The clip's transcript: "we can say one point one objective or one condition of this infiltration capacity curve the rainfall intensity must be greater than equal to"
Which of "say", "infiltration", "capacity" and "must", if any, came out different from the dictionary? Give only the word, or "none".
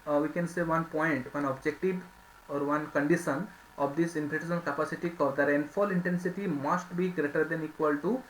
infiltration